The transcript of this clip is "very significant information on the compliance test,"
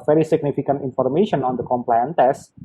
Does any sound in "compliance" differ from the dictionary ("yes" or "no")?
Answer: yes